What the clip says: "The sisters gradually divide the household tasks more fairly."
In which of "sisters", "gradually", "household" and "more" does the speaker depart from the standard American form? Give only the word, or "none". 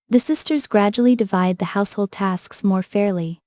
none